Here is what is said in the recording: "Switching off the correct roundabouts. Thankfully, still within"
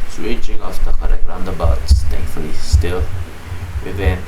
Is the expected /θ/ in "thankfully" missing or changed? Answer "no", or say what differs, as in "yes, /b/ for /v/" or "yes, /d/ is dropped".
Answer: yes, /t/ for /θ/